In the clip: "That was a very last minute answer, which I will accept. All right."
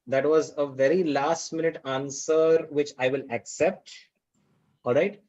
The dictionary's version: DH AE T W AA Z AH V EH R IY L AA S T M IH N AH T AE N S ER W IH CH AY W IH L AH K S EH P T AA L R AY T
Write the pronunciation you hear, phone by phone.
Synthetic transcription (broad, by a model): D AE T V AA Z AH V EH R IY L AA S T M IH N AH T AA N S ER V IH CH AY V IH L AH K S EH P T AA L R AY T